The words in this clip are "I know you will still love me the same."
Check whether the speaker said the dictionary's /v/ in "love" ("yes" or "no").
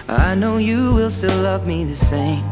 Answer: yes